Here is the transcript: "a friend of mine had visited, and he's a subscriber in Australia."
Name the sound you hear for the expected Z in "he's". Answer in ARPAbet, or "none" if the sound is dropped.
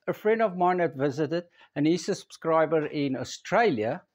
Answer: S